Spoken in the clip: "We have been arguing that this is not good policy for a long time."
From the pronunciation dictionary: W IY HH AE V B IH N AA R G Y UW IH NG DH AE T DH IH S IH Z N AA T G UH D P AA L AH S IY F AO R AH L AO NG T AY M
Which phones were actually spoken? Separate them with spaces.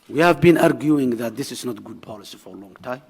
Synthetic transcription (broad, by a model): W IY HH AE V B IH N AA R G Y UW IH NG DH AE T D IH S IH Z N AA T G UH D P AA L AH S IY F AO R AH L AO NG T AY M